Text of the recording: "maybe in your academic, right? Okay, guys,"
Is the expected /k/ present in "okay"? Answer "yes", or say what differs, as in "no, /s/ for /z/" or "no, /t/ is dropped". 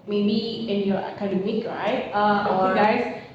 no, /k/ is dropped